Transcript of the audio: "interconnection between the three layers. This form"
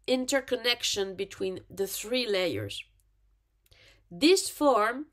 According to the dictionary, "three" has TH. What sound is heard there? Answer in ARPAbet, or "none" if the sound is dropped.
TH